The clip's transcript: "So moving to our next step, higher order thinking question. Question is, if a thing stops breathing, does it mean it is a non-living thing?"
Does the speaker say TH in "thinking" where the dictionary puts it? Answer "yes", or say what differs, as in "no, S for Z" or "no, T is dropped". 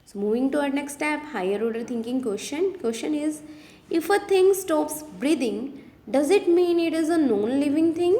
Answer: no, T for TH